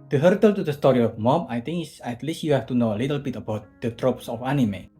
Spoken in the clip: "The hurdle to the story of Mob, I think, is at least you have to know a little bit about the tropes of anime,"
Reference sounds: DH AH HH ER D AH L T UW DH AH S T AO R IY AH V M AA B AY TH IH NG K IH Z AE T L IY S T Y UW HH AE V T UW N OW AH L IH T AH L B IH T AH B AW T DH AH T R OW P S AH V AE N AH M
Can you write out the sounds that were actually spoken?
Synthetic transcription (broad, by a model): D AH HH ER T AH L T UW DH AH S T AO R IY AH F M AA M AY T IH NG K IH S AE T L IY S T Y UW HH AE F T UW N OW AH L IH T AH L B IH T AH B AW T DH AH T R OW P S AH F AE N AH M